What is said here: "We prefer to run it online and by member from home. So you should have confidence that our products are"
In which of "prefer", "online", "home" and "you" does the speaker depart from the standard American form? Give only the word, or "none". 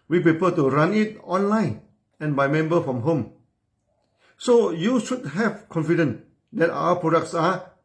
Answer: prefer